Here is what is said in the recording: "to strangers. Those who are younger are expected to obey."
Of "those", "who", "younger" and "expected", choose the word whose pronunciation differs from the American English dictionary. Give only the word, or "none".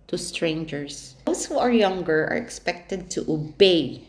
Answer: those